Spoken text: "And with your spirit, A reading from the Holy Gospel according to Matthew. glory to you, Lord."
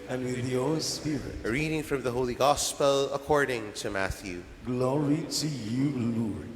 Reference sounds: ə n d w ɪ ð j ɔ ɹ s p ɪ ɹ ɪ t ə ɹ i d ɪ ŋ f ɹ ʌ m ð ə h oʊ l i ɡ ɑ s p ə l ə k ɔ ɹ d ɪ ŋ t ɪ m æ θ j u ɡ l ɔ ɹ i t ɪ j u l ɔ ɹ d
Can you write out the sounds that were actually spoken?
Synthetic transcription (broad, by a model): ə n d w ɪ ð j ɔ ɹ s p ɪ ɹ ɪ t ɹ i d ɪ ŋ f ɹ ʌ m ð ə h oʊ l i ɡ ɑ s p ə l ə k ɔ ɹ d ɪ ŋ t ɪ m æ θ j u ɡ l ɔ ɹ i t ɪ j u l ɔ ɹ